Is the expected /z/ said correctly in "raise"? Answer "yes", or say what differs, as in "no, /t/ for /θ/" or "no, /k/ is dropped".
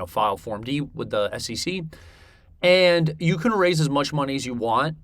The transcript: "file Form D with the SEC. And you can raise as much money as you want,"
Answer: yes